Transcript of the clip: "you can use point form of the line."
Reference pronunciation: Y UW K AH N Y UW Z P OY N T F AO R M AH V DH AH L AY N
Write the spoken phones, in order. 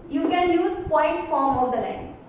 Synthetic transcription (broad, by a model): Y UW K AH N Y UW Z P OY N T F AO R M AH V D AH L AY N